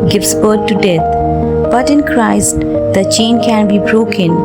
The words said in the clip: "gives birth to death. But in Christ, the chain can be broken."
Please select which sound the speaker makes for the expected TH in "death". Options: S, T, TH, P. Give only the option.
T